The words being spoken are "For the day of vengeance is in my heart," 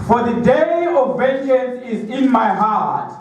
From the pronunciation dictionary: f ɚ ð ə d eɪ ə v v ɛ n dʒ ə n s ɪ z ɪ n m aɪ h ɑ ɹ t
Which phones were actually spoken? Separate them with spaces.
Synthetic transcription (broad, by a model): f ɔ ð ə d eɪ ə v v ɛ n ʃ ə n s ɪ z ɪ n m aɪ h ɑ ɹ t